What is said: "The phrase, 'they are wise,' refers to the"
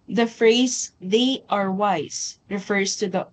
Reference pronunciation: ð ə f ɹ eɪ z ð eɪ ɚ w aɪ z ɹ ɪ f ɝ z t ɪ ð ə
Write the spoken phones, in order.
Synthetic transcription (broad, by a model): ð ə f ɹ eɪ z ð eɪ ɚ w aɪ z ɹ ɪ f ɝ z t ɪ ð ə